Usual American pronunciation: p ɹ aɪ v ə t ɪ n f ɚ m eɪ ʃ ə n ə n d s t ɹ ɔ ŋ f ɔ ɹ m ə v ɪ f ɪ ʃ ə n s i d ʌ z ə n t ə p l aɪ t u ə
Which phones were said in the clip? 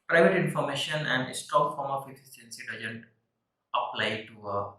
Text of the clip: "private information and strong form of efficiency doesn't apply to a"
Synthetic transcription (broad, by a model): p ɹ aɪ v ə t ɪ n f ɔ m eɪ ʃ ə n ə n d s t ɔ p f ɔ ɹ m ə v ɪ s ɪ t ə n s i d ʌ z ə n t ə p l aɪ t u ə